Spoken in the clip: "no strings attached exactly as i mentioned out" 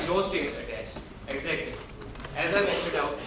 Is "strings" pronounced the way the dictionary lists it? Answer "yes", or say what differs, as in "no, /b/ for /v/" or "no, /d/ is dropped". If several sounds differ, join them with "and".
no, /ɹ/ is dropped